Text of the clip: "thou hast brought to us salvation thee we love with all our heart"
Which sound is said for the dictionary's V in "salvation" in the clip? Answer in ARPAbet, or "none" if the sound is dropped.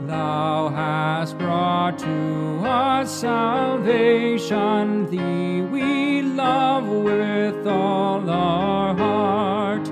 V